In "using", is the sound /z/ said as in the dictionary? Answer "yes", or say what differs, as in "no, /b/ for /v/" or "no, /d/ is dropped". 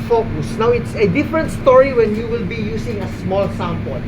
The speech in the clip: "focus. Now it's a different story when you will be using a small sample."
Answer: no, /s/ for /z/